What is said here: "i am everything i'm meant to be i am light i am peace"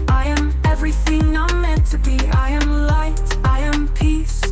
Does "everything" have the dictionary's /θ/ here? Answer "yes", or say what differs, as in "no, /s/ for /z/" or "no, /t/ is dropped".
yes